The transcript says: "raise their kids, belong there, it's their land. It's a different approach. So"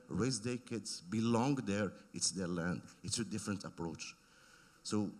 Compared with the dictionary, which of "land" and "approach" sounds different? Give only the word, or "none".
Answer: none